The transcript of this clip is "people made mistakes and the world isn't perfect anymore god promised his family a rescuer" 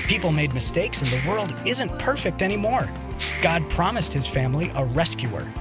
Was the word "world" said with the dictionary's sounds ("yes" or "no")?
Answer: yes